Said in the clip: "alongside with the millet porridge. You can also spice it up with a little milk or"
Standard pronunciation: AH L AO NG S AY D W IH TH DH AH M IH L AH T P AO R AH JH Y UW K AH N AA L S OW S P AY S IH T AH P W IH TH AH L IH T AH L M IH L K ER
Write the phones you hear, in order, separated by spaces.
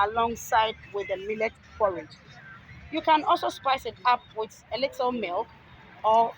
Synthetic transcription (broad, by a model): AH L AO NG S AY D W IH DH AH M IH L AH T F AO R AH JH Y UW K AH N AA L S OW S P AY S IH T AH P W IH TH AH L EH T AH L M IH L K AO